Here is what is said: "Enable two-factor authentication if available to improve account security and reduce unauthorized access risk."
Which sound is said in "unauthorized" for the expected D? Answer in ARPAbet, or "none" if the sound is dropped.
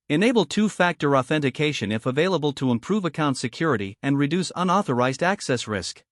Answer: D